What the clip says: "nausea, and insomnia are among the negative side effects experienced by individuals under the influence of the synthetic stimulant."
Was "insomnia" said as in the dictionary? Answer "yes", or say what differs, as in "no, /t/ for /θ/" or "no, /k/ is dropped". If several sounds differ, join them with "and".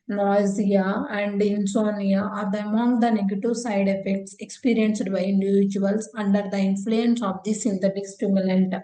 no, /m/ is dropped